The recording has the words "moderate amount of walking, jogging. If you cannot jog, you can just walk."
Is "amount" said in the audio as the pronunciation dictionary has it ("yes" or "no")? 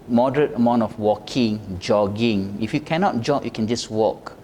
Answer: yes